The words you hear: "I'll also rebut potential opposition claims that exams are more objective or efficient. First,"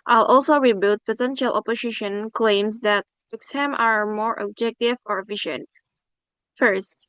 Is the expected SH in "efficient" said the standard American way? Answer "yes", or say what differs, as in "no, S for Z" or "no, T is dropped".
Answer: yes